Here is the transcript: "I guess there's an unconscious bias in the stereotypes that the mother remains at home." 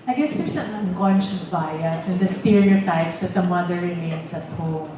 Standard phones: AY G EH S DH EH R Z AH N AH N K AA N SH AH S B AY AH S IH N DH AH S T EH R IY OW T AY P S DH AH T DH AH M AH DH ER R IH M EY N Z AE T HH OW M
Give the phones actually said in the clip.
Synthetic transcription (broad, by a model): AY G EH S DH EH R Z AH N AH N K AA N SH AH S B AY AH S IH N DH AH S T EH R IY OW T AY P S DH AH T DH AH M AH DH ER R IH M EY N S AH T HH OW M